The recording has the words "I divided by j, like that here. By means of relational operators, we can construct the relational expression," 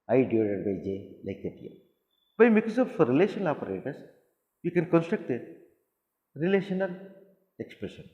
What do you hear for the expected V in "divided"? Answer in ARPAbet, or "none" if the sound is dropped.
none